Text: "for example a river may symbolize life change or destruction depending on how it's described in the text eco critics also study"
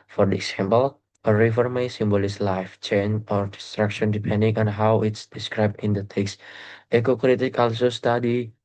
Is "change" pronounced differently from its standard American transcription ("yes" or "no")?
yes